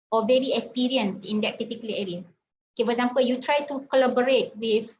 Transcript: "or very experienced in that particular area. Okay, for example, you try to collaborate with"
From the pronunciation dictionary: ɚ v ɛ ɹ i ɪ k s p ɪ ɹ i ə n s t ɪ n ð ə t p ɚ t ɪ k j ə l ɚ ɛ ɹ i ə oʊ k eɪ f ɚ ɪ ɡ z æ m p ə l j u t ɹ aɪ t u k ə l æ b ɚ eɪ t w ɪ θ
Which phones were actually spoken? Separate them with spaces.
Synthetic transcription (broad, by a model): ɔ v ɛ ɹ i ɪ k s p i ɹ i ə n s ɪ n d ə t p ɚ t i k j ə l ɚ ɛ ɹ i ə oʊ k eɪ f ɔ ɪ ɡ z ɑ m p ə l j u t ɹ aɪ t u k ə l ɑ b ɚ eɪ t w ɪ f